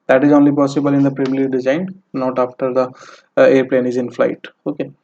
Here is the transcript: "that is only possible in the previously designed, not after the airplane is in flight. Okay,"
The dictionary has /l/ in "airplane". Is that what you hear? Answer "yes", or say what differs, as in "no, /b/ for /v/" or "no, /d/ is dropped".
yes